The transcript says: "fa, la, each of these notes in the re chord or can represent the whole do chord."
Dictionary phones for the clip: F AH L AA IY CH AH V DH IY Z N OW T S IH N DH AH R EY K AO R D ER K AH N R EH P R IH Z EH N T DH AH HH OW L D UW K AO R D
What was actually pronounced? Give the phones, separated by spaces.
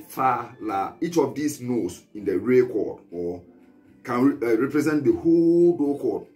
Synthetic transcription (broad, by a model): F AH L AA IY CH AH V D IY S N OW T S IH N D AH R EY K AO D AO K AH N R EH P R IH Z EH N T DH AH HH OW L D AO K AO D